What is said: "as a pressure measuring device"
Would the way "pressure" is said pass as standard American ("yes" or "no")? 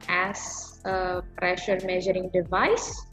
yes